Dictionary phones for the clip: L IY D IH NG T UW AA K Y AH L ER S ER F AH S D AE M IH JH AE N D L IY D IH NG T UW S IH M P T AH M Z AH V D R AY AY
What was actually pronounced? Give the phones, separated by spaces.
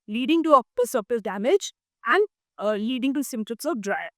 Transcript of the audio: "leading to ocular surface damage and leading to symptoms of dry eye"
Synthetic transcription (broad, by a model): L IY D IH NG T UW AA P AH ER S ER P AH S D AE M IH JH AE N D L IY D IH NG T UW S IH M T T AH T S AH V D R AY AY